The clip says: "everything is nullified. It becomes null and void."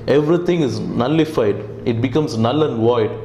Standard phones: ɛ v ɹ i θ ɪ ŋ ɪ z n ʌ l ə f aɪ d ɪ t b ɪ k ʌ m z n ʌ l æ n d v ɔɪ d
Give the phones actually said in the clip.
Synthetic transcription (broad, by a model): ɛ v ɹ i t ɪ ŋ ɪ z n ʌ l ə f aɪ d ɪ t b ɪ k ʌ m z n ʌ l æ n d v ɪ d